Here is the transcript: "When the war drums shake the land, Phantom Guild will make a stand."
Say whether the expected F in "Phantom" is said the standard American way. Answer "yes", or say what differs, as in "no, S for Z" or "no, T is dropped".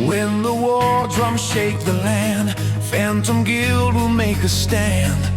yes